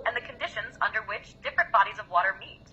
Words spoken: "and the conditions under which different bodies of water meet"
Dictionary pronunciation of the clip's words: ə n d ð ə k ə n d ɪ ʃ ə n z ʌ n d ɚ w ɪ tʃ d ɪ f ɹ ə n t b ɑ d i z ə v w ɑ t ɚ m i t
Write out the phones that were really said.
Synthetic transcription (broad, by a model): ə n ð ə k ə n d ɪ ʃ ə n z ʌ n d ɚ w ɪ tʃ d ɪ f ɹ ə n b ɑ d i z ə v w ɑ t ɚ m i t